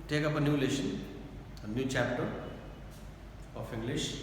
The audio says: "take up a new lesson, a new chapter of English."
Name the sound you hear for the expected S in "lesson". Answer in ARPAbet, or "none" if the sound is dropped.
SH